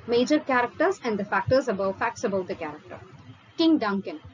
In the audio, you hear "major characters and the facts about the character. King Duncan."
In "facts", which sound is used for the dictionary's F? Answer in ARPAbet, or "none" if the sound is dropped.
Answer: F